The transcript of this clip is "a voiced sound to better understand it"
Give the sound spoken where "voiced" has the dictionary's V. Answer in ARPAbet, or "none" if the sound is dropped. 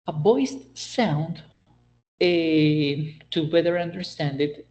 B